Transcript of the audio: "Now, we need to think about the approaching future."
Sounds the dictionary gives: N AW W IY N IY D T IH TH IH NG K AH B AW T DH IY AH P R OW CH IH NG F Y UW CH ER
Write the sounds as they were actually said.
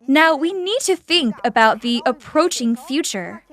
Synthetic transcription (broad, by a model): N AW W IY N IY D T IH TH IH NG K AH B AW T DH IY AH P R OW CH IH NG F Y UW CH ER